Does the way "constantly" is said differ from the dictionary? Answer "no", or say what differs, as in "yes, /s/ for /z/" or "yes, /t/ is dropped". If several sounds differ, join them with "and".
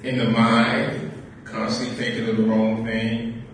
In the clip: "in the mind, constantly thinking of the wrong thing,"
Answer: yes, /n/ is dropped and /l/ is dropped